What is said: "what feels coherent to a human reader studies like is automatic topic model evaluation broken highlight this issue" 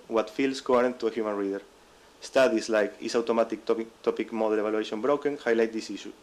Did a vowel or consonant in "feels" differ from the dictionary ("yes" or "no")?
yes